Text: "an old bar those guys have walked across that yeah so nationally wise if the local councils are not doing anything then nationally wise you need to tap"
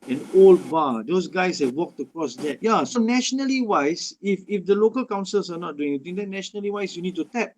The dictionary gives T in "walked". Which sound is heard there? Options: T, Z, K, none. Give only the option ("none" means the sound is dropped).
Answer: T